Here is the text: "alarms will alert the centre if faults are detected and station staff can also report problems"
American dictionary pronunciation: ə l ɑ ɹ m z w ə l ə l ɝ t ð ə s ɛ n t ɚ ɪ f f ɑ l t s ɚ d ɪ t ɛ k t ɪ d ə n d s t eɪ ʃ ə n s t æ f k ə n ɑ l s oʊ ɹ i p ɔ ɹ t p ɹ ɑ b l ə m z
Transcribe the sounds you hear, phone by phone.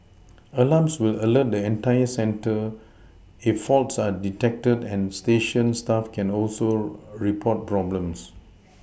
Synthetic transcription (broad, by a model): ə l ɑ m s w ə l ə l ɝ t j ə s ɛ n t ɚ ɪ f f ɑ l t s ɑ d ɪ t ɛ k t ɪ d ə n s t eɪ ʃ ə n s t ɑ f k ə n ɑ l s oʊ ɹ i p ɔ t p ɹ ɑ b l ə m s